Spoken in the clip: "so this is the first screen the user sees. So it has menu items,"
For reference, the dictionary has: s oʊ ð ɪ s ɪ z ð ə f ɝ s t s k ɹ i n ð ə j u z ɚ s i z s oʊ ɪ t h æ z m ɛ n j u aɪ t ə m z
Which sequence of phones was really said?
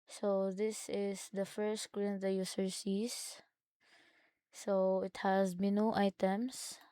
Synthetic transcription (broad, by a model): s oʊ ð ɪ s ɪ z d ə f ɝ s t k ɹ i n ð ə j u s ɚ s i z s oʊ ɪ t h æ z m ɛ n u aɪ t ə m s